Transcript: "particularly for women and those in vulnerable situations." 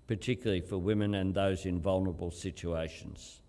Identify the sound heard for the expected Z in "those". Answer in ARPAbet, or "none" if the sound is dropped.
Z